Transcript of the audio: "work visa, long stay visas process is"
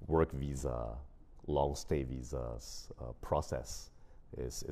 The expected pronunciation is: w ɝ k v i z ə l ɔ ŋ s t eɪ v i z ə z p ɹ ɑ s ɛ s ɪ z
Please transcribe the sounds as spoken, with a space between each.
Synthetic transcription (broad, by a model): w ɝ k v i z ə l ɔ ŋ s t eɪ v i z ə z p ɹ ɑ s ɛ s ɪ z